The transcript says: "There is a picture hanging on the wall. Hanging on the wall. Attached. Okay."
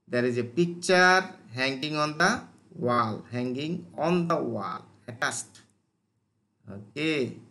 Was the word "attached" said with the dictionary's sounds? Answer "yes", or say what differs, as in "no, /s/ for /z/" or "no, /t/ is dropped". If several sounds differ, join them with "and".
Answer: no, /s/ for /tʃ/